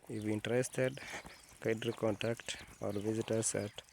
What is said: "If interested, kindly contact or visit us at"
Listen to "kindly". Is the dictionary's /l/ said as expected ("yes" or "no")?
no